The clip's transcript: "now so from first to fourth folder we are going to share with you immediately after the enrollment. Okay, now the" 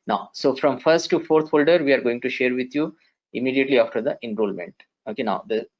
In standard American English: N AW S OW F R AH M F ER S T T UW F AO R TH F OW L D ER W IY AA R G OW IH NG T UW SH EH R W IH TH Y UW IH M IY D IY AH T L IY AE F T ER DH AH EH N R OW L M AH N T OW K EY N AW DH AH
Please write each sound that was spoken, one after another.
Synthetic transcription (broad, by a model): N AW S OW F R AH M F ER S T T UW F AO R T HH OW L D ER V IY AA R G OW IH NG T UW SH EH R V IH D Y UW IH M IY D IY AH T L IY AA F T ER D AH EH N R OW L M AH N T OW K EY N AW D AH